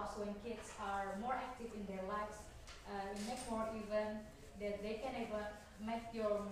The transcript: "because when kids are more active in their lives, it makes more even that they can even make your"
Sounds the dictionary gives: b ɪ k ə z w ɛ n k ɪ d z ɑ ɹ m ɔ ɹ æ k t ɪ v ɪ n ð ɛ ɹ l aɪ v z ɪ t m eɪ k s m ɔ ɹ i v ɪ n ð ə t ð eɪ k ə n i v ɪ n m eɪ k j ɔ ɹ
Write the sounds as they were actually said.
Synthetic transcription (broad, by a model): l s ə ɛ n k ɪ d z ɑ ɹ m ɔ ɹ æ k t ɪ v ɪ n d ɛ ɹ l aɪ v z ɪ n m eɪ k m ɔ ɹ i v ɪ n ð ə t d eɪ k ə n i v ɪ m eɪ k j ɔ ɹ